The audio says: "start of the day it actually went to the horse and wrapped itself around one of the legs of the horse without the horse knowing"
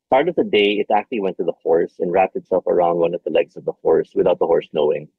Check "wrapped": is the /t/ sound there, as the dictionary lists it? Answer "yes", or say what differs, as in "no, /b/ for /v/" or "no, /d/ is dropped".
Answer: yes